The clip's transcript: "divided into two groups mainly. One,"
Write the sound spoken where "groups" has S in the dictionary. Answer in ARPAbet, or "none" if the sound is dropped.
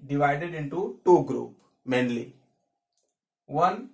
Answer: none